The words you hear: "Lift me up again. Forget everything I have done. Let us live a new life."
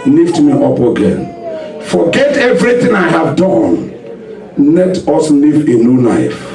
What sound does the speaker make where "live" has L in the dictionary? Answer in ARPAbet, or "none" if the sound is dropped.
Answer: N